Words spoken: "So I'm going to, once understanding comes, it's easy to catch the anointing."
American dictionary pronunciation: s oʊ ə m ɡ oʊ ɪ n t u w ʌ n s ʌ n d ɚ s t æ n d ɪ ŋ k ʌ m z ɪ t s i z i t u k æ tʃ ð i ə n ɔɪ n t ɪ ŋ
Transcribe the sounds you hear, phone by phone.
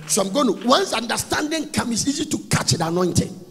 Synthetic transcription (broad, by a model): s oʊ ə m ɡ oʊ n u w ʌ n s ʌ n d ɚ s t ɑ n d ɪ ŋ k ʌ m ɪ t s i z i t u k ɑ tʃ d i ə n ɔɪ n t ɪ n